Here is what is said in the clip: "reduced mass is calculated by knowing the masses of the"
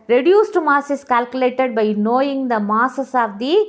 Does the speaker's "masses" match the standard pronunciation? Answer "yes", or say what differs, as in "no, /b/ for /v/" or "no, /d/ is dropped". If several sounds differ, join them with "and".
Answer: no, /s/ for /z/